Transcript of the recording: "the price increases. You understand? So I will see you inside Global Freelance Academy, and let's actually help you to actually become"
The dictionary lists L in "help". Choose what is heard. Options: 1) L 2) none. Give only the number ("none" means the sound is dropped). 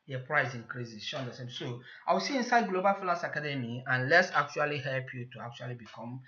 1